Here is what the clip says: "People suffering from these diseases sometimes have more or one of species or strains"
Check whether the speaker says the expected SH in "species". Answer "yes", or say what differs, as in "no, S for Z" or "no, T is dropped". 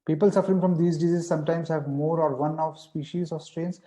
yes